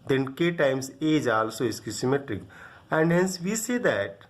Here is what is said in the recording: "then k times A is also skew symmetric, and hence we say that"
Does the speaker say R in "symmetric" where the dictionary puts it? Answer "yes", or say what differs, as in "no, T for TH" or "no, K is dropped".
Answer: yes